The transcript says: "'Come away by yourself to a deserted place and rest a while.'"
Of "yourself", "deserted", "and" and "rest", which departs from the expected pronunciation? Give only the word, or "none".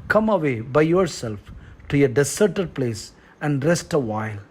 deserted